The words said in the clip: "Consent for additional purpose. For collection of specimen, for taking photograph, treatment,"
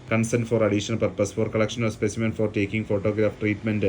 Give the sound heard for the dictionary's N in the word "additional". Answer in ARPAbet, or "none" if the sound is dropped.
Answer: none